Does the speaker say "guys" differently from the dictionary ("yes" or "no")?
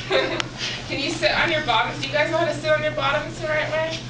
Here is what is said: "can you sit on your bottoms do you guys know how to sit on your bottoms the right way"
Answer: no